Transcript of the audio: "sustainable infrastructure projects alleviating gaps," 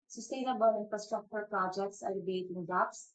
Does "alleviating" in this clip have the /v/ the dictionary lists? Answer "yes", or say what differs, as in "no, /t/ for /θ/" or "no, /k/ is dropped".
no, /b/ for /v/